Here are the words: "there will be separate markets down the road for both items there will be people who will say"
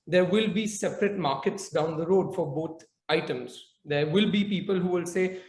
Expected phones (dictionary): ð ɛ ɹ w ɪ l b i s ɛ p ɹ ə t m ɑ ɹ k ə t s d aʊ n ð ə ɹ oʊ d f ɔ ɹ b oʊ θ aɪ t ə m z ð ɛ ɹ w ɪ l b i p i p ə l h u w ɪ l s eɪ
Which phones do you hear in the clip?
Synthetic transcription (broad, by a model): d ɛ ɹ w ɪ l b i s ɛ p ɹ ə t m ɑ ɹ k ə t s d aʊ n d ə ɹ oʊ d f ɔ ɹ b oʊ t aɪ t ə m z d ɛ ɹ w ɪ l b i p i p ə l h u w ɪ l s eɪ